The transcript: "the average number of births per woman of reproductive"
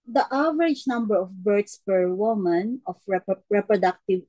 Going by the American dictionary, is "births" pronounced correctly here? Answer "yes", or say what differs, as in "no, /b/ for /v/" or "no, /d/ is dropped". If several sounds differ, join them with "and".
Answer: no, /t/ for /θ/